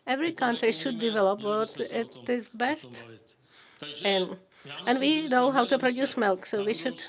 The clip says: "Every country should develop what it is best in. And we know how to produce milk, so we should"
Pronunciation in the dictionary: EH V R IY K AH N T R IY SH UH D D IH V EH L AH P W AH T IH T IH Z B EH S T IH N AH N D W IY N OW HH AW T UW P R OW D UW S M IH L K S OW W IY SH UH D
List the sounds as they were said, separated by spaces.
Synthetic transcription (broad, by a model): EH V R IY K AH N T R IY SH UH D D IH V EH L AH P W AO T IH T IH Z B EH S T IH N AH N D W IY N OW HH AW T UW P R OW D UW S M IH L K S OW W IY SH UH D